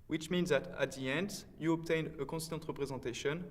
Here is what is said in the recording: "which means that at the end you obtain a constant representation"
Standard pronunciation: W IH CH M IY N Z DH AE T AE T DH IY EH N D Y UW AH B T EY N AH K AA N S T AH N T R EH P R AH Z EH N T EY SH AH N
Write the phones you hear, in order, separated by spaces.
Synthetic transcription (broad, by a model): W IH CH M IY N Z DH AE T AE T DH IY EH N D Y UW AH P T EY N AH K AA S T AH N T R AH P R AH Z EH T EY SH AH N